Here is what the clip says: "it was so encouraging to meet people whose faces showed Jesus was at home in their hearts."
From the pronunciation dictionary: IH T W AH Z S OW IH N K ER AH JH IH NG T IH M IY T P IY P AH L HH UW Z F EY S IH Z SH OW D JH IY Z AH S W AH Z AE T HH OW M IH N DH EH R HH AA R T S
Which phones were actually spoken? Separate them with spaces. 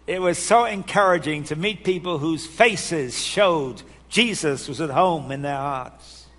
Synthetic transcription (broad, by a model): IH T W AH Z S OW IH N K ER AH JH IH NG T IH M IY T P IY P L HH UW Z F EY S IH Z SH OW D JH IY Z AH S W AH Z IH T HH OW M IH N DH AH R HH AA R T S